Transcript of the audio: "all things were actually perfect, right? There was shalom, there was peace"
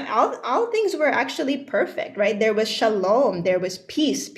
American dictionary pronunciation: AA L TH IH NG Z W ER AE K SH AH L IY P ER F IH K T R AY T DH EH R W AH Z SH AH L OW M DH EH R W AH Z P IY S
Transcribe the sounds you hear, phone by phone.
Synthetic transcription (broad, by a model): AA L TH IH NG Z W ER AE K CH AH L IY P ER F IH K T R AY T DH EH R W AH Z SH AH L OW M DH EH R W AH Z P IY S